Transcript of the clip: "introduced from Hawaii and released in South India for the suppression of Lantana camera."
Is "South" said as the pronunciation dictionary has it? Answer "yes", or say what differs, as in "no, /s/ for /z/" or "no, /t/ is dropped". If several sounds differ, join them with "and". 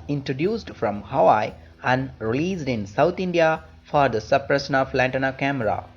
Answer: no, /t/ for /θ/